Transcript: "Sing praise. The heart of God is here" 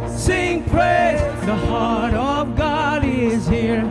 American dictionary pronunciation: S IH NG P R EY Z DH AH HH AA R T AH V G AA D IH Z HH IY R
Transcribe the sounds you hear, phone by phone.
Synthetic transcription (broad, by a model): S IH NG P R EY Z DH AH HH AA R T AH V G AA D IH Z HH IY R